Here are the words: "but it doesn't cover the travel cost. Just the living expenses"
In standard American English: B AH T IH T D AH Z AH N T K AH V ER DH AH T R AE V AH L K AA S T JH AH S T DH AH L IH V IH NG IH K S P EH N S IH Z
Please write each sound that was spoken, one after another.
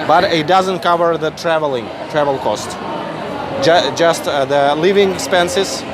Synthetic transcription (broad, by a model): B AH T IH T D AH Z AH N T K AH V ER DH AH T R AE V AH L K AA S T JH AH S T DH AH L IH V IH NG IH K S P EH N S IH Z